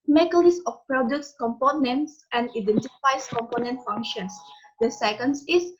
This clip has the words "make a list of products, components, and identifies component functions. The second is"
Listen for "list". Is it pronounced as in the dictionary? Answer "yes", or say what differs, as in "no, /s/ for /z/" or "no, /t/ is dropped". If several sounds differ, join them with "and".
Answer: no, /t/ is dropped